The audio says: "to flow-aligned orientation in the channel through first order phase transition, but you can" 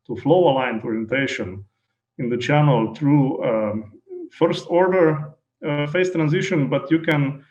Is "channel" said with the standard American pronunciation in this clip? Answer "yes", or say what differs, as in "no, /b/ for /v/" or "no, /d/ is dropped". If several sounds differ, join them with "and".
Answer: yes